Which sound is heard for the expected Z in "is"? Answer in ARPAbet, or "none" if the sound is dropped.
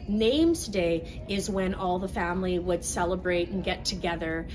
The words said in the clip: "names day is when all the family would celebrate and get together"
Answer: Z